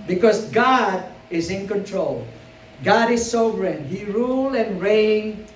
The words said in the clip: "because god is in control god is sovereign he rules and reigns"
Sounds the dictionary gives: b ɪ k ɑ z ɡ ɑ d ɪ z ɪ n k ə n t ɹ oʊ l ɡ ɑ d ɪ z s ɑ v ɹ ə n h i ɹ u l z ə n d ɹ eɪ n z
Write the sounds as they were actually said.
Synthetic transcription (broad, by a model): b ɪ k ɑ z ɡ ɑ d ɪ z ɪ n k ə n t ɹ oʊ l ɡ ɑ d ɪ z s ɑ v ɹ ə n h i ɹ u l ə n ɹ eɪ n